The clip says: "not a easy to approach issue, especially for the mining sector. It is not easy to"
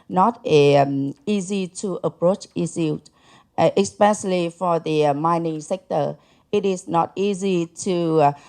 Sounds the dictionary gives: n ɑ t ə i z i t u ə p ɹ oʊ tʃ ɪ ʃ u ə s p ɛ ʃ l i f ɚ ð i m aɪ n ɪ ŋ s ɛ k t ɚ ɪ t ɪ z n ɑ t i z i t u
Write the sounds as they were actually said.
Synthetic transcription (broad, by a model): n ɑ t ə i z i t u ə p ɹ oʊ tʃ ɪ s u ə s p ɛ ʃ l i f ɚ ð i m aɪ n ɪ ŋ s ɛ k t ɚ ɪ t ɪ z n ɑ t i z i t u